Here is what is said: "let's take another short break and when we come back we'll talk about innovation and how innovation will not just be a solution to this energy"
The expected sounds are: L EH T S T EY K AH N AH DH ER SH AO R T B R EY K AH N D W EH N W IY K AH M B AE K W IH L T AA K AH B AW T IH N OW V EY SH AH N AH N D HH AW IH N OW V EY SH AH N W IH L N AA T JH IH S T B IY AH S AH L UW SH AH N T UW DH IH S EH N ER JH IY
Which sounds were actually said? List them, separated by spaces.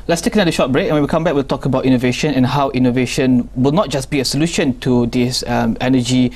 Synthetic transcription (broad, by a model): L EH T S T EY K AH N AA ER SH AO T B R EY K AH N W EH N W IY K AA M B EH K W IH L T AA K AH B AW T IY N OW V EY SH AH N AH N HH AW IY N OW V EY SH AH N W IH L N AA T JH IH S B IY AH S AH L UW SH AH N T UW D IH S EH N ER JH IY